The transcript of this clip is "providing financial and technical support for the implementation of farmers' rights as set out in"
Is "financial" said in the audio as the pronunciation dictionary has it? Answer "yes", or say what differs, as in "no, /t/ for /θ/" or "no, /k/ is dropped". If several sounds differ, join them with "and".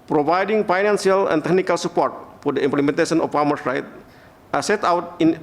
no, /s/ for /ʃ/